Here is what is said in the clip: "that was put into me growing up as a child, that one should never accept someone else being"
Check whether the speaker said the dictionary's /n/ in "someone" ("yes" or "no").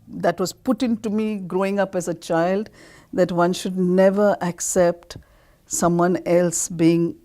yes